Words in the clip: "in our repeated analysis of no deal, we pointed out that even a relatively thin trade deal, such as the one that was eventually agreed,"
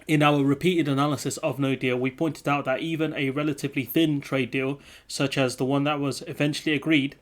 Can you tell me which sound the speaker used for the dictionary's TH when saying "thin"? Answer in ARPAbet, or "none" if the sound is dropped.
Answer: TH